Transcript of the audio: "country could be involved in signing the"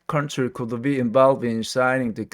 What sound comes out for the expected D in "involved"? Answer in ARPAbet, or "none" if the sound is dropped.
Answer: none